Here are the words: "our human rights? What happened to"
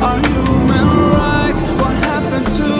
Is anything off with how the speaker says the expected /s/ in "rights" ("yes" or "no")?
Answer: yes